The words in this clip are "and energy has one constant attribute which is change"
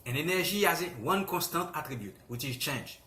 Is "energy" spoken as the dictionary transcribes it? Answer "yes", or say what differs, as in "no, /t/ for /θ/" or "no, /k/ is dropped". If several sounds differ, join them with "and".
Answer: no, /ʒ/ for /dʒ/